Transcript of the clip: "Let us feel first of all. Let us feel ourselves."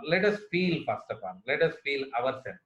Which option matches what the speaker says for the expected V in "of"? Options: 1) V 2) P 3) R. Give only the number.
2